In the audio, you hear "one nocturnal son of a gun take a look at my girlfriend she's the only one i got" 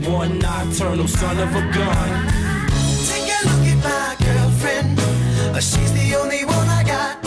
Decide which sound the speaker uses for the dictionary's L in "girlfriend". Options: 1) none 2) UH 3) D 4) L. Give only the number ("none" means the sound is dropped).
1